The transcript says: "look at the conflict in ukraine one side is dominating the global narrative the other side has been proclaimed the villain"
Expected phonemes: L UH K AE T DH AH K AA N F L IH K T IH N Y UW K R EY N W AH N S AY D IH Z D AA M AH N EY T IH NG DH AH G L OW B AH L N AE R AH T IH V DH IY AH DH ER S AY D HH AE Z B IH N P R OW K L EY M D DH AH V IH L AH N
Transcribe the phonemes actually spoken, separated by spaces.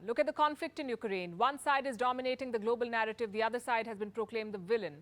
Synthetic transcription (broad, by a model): L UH K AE T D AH K AA N F L IH K T IH N Y UW K R EY N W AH N S AY D IH Z D AA M AH N EY T IH NG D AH G L OW B AH L N AE R AH T IH V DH IY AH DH ER S AY D HH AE Z B IH N P R OW K L EY M D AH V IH L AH N